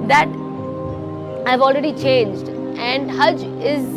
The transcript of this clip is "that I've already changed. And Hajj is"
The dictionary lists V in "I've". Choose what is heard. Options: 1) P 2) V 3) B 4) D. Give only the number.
2